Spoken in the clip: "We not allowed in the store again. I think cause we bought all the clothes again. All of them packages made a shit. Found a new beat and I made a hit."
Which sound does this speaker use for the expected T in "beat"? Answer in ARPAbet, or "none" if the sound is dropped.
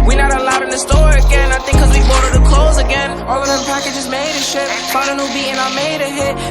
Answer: none